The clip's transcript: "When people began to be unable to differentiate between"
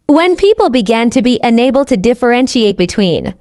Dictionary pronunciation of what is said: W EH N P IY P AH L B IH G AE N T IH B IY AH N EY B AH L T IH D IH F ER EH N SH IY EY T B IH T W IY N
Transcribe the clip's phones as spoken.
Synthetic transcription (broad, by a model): W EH N P IY P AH L B IH G AE N T IH B IY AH N EY B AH L T IH D IH F ER EH N SH IY EY T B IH T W IY N